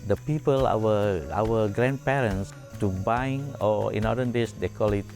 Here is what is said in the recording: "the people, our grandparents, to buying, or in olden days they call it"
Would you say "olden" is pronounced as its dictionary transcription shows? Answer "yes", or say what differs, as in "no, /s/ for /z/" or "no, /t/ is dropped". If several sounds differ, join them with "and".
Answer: no, /l/ is dropped